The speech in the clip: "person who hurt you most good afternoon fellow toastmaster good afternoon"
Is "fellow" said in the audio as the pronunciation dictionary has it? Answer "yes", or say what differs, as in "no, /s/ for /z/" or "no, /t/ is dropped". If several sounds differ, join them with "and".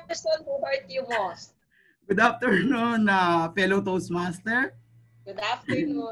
no, /p/ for /f/